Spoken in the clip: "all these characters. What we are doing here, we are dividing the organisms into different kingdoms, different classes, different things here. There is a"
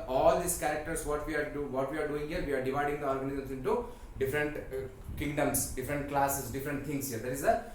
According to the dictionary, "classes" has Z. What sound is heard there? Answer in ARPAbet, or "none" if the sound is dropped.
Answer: S